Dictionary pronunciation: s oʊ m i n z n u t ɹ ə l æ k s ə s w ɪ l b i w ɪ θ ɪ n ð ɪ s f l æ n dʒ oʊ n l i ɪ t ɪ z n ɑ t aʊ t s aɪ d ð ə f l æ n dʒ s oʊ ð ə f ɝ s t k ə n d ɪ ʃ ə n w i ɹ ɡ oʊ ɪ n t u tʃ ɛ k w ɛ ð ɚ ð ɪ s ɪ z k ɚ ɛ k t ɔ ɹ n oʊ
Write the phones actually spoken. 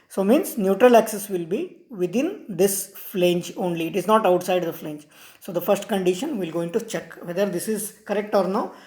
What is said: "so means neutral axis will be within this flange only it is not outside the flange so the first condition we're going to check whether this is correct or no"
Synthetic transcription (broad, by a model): s oʊ m i n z n u t ɹ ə l æ k s ə s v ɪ l b i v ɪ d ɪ n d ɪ s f l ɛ n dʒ oʊ n l i ɪ t ɪ z n ɑ t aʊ t s aɪ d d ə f l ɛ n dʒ s oʊ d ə f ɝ s t k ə n d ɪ ʃ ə n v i l ɡ oʊ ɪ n t u tʃ ɛ k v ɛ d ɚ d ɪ s ɪ z k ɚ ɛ k t ɔ ɹ n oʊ